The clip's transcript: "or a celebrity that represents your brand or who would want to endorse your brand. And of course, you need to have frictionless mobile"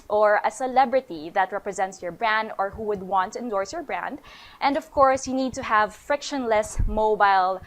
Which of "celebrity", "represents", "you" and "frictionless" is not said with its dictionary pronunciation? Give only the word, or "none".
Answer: none